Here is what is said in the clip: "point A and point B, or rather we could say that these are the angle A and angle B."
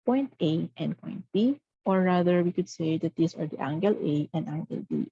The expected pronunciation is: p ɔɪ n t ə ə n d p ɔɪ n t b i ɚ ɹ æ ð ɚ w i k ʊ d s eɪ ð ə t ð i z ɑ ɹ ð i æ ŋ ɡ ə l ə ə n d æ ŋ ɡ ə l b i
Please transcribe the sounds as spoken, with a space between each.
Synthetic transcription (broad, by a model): p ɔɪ n t ə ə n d p ɔɪ n t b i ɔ ɹ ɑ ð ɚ w i k ʊ d s eɪ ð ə t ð i s ɑ ɹ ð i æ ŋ ɡ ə l ə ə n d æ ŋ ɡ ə l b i